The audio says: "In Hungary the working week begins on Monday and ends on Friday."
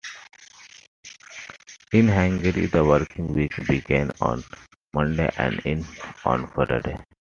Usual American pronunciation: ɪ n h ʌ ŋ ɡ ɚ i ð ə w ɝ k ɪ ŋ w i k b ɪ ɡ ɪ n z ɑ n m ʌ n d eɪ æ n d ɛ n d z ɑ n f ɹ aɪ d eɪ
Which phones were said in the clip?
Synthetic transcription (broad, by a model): ɪ n h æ ŋ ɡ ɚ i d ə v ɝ k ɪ ŋ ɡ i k b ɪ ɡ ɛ n ɑ n m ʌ n d eɪ æ n d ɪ n ɑ n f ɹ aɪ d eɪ